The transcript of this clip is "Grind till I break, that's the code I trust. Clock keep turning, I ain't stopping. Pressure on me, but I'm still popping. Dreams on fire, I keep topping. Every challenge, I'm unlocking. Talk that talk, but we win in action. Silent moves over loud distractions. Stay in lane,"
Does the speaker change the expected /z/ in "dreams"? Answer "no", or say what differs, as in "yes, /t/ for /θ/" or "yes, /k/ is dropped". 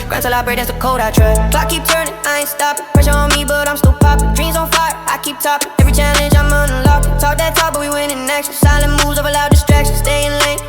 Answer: no